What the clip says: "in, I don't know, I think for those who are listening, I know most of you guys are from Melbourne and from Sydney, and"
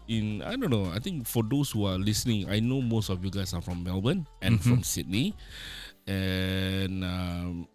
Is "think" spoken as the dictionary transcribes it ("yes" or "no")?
no